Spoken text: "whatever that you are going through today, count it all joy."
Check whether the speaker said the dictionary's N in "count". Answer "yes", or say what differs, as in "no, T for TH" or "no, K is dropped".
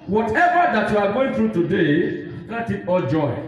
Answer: no, N is dropped